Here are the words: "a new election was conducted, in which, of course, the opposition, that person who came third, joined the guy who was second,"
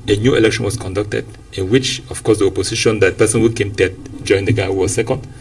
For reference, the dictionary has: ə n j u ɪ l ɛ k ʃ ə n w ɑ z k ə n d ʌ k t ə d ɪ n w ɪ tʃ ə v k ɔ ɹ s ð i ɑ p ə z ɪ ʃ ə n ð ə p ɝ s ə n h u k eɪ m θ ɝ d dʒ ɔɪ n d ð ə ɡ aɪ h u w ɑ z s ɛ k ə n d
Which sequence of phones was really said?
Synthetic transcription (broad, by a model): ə n j u ɪ l ɛ k ʃ ə n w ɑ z k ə n d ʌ k t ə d ɪ n w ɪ tʃ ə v k ɔ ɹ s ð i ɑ p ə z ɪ ʃ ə n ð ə p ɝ s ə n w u k eɪ m t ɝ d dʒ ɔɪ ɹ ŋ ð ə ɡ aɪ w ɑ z s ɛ k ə n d